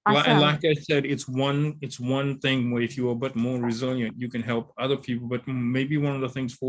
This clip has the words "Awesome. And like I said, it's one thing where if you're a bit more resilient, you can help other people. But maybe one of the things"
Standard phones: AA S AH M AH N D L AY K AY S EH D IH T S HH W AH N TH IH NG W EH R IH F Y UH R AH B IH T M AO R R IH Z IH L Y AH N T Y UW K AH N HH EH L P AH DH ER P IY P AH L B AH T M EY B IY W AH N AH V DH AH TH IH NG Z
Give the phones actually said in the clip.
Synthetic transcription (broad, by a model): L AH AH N L AY K AY S EH D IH T S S W AH N TH IH NG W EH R IH F Y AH R B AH T M AO R R IH Z IH L Y AH N T Y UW K AH N HH EH L P AH DH ER P IY P L B AH T M EY B IY W AH N AH V DH AH TH IH NG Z